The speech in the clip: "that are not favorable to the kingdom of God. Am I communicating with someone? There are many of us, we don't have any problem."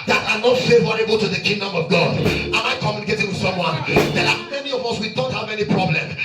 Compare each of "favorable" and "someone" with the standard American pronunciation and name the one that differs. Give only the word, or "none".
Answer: none